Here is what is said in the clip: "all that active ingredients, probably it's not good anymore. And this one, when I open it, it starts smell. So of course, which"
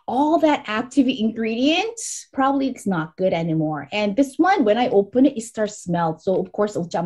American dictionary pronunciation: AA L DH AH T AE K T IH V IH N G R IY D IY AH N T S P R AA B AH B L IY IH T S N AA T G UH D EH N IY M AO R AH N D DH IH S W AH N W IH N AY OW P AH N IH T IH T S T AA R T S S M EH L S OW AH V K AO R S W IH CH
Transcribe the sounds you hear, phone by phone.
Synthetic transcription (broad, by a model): AA L DH AH T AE K T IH V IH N G R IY D IY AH N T P R AA B AH B L IY IH T S N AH T G UH D EH N IY M AO R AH N DH IH S W AH N W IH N AY OW P AH N IH T IH T S T AA R T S S M EH L S OW AH V K AO R S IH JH